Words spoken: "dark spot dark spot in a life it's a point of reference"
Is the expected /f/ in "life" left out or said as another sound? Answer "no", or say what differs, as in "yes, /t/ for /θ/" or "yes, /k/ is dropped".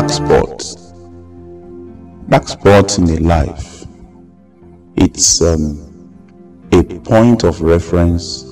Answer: no